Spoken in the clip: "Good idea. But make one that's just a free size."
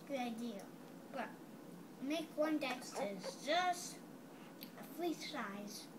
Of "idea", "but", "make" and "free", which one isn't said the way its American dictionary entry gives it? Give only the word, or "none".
free